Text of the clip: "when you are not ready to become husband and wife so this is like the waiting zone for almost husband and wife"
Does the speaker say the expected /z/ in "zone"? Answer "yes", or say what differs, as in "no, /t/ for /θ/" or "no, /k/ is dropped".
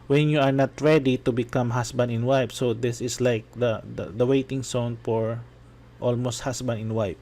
no, /s/ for /z/